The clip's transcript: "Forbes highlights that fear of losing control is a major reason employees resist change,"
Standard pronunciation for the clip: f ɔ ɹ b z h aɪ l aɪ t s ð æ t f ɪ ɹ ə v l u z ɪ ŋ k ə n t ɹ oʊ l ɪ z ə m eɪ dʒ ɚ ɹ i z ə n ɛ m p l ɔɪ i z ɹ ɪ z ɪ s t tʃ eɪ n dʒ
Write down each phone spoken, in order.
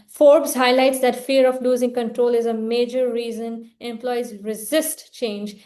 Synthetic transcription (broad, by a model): f ɔ ɹ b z h aɪ l aɪ t s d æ t f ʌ ɹ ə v l u z ɪ ŋ k ə n t ɹ oʊ l ɪ z ə m eɪ dʒ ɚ ɹ i z ə n ɛ m p l ɔɪ i z ɹ ɪ z ɪ s t tʃ eɪ n dʒ